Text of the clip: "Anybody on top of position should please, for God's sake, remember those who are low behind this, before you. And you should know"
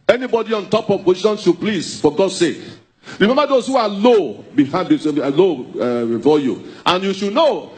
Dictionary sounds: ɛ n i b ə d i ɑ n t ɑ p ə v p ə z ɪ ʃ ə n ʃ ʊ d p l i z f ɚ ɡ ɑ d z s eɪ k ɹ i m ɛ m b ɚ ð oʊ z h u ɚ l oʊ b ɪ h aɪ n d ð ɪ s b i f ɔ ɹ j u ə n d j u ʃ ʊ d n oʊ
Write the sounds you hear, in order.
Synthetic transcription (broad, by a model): ɛ n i b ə d i ɑ n t ɑ p ə v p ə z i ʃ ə n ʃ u p l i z f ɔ ɡ ɑ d s eɪ k ɹ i m ɛ m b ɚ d oʊ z h u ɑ l oʊ b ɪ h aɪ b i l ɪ b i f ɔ j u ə n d j u ʃ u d n oʊ